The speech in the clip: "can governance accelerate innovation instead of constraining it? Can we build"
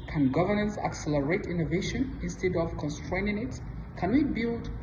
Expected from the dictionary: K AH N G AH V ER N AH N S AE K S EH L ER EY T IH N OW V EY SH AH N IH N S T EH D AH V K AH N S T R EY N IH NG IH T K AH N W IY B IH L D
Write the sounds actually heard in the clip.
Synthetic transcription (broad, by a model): K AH N G AH V ER N AH N S AE K S EH L ER EY T IH N OW V EY SH AH N IH N S T EH D AH V K AH N S T R EY N IH NG IH T K AH N W IY B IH L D